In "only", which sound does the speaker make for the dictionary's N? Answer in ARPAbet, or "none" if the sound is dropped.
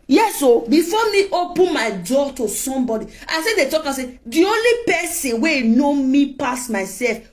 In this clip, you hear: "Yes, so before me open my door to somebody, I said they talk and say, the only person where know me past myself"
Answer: N